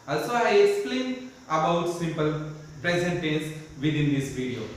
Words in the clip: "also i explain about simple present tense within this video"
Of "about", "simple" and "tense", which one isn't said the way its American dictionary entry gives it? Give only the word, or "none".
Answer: tense